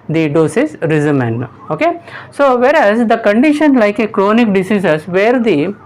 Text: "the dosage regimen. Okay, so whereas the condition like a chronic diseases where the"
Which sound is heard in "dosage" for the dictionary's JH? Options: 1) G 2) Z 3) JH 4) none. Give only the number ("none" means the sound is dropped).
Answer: 2